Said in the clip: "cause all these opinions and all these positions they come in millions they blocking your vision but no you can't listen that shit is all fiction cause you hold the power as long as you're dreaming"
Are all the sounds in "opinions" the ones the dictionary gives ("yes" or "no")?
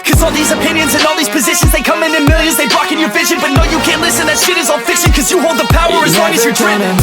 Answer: yes